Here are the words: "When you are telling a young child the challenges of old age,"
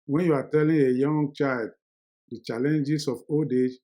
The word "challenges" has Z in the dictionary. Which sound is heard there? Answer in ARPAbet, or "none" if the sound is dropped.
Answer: S